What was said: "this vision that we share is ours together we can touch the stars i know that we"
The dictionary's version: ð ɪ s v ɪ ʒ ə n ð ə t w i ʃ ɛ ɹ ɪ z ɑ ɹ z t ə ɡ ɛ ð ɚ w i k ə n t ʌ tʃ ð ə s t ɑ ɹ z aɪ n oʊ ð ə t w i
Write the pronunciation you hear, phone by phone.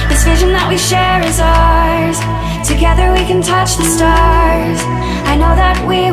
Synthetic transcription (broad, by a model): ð ɪ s v ɪ ʒ ə n ð ə t w i ʃ ɛ ɹ ɪ z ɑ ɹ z t ə ɡ ɛ ð ɚ w i k ə n t ʌ tʃ ð ə s t ɑ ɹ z aɪ n oʊ ð ə t w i